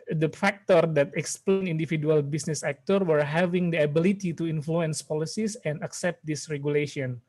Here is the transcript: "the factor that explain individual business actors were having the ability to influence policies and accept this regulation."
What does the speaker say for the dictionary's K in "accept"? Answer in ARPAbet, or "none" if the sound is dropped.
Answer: K